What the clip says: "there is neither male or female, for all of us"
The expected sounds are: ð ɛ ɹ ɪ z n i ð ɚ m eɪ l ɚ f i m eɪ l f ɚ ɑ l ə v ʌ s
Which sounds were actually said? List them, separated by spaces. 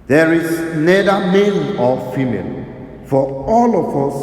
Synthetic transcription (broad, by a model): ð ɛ ɹ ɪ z n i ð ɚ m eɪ n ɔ f i m eɪ l f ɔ ɑ l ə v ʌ s